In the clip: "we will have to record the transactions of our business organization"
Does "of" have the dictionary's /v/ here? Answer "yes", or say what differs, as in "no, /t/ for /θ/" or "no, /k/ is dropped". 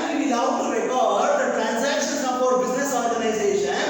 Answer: no, /p/ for /v/